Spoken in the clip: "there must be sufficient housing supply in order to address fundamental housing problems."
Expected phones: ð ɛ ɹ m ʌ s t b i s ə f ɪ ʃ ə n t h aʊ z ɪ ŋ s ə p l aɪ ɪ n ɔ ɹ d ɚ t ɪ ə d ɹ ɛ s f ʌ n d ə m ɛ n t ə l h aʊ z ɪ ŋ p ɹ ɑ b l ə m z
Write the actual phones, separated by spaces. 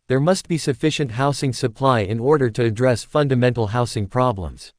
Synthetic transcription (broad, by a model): ð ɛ ɹ m ʌ s t b i s ə f ɪ ʃ ə n t h aʊ s ɪ ŋ s ə p l aɪ ɪ n ɔ ɹ d ɚ t ɪ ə d ɹ ɛ s f ʌ n d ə m ɛ n t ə l h aʊ s ɪ ŋ p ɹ ɑ b l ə m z